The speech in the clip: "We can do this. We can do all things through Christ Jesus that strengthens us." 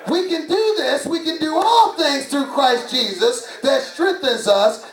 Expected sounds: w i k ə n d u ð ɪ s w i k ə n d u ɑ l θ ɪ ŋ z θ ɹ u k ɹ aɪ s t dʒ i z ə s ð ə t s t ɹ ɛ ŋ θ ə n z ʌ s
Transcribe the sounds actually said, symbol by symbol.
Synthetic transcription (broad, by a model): w i k ə n d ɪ ð ɪ s w i k ə n d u ɑ l θ ɪ ŋ z θ ɹ u k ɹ aɪ s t dʒ i z ə s ð ə t s t ɹ ɛ ŋ θ ə n z ʌ s